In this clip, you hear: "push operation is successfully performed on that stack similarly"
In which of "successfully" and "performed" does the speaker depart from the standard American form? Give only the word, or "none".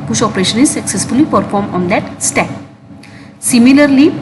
performed